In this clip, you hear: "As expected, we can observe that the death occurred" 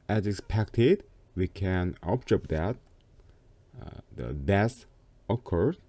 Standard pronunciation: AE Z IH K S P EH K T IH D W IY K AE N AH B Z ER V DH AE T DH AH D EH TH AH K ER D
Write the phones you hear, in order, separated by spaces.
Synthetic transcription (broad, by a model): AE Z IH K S P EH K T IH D W IY K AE N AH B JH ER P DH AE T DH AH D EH S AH K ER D